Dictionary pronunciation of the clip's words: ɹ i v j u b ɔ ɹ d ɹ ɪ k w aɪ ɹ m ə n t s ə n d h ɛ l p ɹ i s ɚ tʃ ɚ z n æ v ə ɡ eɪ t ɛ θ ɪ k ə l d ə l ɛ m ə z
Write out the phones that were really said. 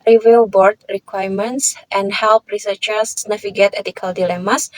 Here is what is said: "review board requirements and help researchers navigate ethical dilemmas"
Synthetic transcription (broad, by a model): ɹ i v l b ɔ ɹ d ɹ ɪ k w aɪ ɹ m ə n t s ə n d h ɛ l p ɹ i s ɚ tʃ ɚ s n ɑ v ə ɡ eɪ t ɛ t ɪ k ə l d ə l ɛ m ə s